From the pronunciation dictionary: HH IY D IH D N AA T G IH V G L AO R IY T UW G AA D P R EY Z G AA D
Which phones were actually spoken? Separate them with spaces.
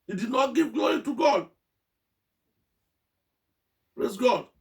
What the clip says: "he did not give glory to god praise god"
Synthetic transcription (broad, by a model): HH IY D IH D N AA T G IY V G L AO R IY T UW G AA D P R EY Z G AA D